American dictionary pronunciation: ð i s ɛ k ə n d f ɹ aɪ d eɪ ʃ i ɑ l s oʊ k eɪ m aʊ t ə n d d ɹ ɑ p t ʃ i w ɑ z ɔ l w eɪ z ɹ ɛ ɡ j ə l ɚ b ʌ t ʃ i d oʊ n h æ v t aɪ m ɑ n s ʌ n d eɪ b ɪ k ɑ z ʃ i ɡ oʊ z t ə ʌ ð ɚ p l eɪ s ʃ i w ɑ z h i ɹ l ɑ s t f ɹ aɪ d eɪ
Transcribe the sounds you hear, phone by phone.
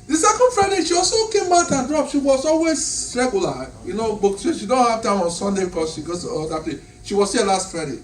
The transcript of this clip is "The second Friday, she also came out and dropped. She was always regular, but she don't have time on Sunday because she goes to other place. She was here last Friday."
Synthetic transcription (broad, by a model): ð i s ɛ k ə n d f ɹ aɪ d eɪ ʃ i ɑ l s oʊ k eɪ m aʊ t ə n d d ɹ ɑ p ʃ i w ɑ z ɔ l w eɪ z ɹ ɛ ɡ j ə n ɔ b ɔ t ʃ i d oʊ n h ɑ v t aɪ m ɑ n s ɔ n d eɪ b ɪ k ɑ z ʃ i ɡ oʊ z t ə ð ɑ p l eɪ ʃ i w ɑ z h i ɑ l ɑ s t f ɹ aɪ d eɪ